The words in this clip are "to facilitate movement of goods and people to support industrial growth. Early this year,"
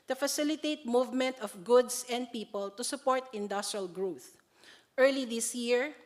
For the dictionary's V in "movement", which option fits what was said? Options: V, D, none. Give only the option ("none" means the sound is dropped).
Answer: V